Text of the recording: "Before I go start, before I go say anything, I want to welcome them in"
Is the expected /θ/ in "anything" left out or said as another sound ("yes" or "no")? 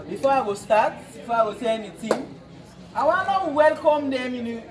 yes